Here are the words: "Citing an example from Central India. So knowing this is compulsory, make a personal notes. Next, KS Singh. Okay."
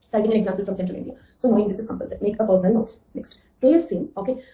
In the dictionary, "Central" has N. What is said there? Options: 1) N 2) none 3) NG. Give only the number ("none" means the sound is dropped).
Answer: 2